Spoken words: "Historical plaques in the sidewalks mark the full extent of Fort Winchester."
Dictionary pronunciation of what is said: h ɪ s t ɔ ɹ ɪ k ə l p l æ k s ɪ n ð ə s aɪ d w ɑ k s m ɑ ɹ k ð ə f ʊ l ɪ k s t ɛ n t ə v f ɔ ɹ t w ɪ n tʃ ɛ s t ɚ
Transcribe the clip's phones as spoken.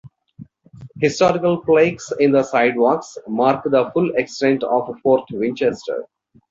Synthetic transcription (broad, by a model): h ɪ s t ɔ ɹ ɪ k ə l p l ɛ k s ɪ n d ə s aɪ d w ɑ k s m ɑ ɹ k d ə f ʊ l ɪ k s t ɛ n t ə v f ɔ ɹ t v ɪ n tʃ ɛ s t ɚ